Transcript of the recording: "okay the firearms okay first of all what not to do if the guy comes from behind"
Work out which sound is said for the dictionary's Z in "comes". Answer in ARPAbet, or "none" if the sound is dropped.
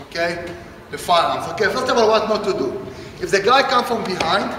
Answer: none